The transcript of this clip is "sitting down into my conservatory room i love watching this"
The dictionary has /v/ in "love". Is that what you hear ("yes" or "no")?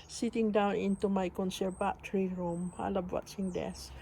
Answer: no